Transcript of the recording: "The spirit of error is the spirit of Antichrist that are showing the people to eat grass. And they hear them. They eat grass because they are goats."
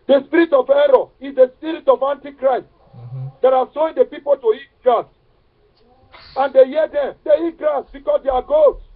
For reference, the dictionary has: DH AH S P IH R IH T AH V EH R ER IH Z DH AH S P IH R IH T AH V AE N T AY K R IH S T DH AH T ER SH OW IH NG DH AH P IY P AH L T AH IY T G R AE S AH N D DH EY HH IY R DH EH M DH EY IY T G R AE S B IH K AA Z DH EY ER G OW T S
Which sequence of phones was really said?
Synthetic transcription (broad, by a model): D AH S P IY R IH T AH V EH R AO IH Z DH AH S P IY R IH T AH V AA N T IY K R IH S T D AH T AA S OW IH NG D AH P IY P AH L T AH IY T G R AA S AH N D EY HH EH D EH M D EY IY T G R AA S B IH K AA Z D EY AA G OW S